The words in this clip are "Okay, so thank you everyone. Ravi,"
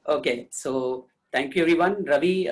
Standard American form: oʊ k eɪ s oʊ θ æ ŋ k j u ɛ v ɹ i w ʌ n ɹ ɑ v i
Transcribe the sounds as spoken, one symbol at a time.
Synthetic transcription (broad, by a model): oʊ k eɪ s oʊ t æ ŋ k j u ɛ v ɹ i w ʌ n ɹ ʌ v i